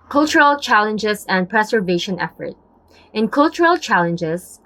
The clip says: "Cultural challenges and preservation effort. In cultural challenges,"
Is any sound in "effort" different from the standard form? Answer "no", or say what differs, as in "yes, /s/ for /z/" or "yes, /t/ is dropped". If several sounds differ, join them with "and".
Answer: no